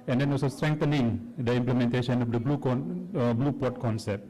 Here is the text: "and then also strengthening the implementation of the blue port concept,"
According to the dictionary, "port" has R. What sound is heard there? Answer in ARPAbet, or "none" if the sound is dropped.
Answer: L